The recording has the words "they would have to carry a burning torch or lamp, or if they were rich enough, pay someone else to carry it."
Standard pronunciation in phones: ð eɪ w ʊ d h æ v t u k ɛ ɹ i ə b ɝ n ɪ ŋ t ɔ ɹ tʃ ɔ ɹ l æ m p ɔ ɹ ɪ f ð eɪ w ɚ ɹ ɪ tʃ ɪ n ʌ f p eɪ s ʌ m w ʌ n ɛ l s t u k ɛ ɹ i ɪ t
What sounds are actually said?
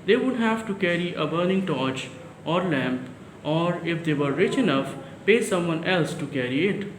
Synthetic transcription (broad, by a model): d eɪ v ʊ d h æ v t u k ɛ ɹ i ə b ɝ n ɪ ŋ t ɔ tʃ ɔ ɹ l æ m p ɔ ɹ ɪ f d eɪ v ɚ ɹ ɪ tʃ ɪ n ʌ f p eɪ s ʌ m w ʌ n ɛ l s t u k ɛ ɹ i ɪ t